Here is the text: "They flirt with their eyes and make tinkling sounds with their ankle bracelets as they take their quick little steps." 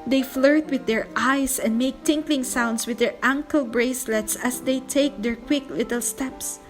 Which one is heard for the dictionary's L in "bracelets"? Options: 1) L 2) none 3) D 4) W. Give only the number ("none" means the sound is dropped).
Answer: 1